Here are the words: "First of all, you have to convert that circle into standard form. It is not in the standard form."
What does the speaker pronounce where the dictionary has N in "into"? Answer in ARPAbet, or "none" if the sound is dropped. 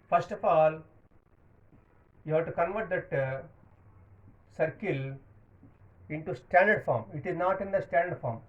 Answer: N